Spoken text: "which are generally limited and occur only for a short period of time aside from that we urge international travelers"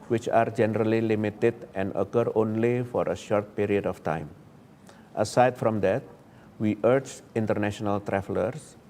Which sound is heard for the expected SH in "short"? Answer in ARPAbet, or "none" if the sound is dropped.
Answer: SH